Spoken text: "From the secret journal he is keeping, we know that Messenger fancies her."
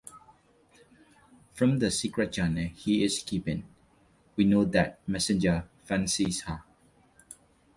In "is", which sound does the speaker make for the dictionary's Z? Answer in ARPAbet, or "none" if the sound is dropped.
S